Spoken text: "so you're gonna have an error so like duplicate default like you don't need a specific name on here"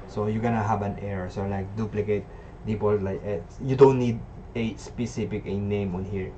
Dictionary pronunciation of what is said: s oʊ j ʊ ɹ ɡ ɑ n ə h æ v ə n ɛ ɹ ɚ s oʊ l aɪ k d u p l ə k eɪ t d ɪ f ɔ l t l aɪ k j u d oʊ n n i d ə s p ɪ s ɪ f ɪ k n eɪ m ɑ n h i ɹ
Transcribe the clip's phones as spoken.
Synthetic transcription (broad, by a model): s oʊ j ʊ ɡ ɑ n ə h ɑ b ə n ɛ ɹ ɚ s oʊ l aɪ k d u p l ə k eɪ t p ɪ p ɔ l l aɪ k j u d oʊ n n i d ə s p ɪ s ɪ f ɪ k n eɪ m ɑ n h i ɹ